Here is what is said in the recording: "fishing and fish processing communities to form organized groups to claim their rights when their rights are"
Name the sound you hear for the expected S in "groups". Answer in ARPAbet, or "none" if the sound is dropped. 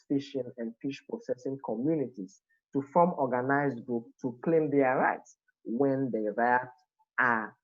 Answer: none